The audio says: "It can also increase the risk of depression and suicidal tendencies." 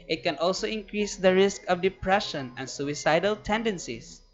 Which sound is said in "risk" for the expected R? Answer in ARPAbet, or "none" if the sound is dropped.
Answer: R